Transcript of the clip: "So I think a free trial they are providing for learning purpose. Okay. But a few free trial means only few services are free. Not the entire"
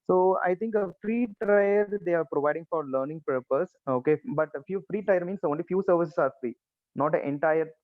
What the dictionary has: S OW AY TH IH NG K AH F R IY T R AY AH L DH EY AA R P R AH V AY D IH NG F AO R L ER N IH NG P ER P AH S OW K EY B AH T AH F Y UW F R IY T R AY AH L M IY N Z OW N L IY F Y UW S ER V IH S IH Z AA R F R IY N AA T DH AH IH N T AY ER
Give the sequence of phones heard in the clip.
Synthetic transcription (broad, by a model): S OW AY T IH NG K AH F R IY T R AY AH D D EY AA R P R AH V AY D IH NG F AO R L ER N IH NG P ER P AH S OW K EY B AH T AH F Y UW F R IY T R AY AH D M IY N S OW N L IY F Y UW S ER V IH S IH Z AA R F R IY N AA T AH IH N T AY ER